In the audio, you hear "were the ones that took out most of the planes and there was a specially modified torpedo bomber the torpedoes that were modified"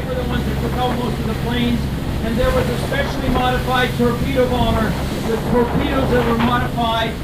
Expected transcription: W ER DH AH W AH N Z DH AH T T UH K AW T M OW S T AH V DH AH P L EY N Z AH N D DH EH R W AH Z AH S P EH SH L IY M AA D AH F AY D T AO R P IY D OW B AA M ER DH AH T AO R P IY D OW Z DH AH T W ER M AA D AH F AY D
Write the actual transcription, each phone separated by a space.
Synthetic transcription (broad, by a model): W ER DH AH W AH N Z DH AH T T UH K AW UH M OW S T AH V DH AH P L EY N Z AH N DH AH R W AH Z AH S P EH SH L IY M AA D AH F AY D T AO R P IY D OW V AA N ER DH AH T AO R P IY D OW Z DH AH T W ER M AA D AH F AY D